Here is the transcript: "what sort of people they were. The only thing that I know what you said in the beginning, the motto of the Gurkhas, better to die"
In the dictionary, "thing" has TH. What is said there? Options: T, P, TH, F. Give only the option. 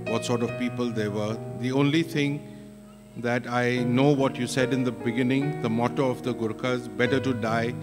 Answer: T